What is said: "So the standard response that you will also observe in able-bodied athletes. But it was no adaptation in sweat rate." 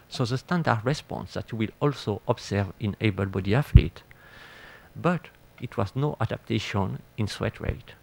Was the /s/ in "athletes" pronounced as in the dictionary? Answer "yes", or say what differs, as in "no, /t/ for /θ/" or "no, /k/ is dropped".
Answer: no, /s/ is dropped